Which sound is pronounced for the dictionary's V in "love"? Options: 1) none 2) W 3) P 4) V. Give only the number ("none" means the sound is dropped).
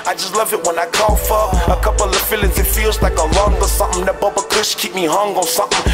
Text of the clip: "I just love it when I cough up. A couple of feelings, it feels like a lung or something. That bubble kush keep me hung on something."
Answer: 4